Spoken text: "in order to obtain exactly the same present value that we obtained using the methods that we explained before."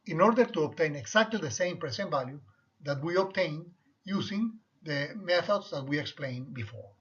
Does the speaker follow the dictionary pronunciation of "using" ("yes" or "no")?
no